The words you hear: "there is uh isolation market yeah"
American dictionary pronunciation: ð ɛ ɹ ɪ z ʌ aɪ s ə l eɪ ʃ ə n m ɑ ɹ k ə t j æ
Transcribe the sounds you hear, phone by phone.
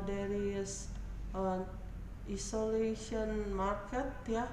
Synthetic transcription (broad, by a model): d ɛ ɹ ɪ s ʌ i s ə l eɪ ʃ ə n m ɑ ɹ k ə t j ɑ